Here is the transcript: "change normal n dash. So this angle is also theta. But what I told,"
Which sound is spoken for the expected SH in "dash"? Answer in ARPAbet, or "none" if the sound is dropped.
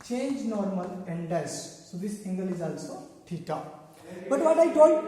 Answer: S